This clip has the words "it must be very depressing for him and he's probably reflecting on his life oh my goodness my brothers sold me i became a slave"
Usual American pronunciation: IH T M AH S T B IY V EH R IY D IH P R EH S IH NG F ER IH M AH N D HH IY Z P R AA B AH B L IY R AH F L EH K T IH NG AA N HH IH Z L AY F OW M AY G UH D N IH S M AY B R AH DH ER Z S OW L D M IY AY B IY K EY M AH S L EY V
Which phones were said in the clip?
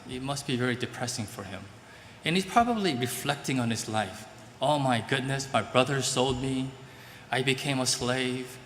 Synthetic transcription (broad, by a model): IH T M AH S T B IY V EH R IY D IH P R EH S IH NG F ER IH M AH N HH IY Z P R AA B AH B L IY R AH F L EH K T IH NG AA N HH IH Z L AY F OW M AY G UH D N IH S M AY B R AH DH ER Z S OW L D M IY AY B IY K EY M AH S L EY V